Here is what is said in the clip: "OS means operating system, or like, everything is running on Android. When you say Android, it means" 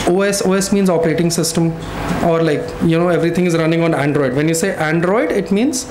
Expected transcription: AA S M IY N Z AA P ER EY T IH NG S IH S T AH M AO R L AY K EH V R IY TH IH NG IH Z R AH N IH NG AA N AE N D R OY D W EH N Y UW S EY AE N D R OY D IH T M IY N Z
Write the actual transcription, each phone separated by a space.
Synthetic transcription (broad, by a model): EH S M IY N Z AA P ER EY T IH NG S IH S T AH M AO R L AY K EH V R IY T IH NG IH Z R AH N IH NG AA N AE N D R OY D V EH N Y UW S EY AE N D R OY D IH T M IY N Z